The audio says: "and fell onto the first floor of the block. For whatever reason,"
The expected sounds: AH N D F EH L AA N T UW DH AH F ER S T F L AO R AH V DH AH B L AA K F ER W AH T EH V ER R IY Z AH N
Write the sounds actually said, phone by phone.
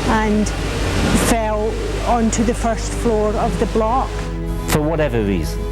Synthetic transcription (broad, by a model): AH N F EH L AA N T UW DH AH F ER S T F L AO R AH V DH AH B L AA K F ER W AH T EH V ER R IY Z